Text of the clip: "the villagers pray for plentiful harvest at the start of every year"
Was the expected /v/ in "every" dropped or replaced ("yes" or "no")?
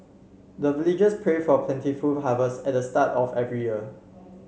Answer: no